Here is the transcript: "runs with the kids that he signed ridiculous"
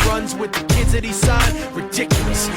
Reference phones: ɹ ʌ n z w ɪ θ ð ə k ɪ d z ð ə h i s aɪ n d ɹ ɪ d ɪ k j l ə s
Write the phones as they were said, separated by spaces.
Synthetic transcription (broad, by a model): ɹ ʌ n z w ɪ ð ə k ɪ d z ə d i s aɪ d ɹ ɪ d ɪ k j l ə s